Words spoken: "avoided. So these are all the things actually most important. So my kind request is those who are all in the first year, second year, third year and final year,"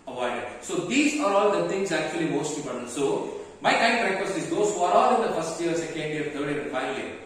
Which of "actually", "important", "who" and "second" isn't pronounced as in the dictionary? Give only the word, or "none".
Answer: important